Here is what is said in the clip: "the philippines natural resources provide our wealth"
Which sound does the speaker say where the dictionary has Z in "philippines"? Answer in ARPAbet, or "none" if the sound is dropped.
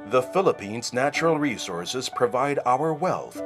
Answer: Z